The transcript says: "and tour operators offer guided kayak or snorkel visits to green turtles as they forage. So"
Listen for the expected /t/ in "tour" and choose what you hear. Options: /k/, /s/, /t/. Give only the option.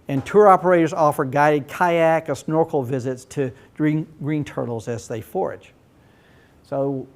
/t/